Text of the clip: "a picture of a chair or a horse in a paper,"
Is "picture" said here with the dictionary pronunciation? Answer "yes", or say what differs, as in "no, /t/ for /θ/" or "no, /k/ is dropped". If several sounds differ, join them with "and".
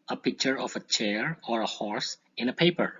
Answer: yes